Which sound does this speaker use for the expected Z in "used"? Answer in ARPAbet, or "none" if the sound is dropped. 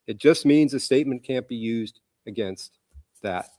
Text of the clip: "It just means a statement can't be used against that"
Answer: Z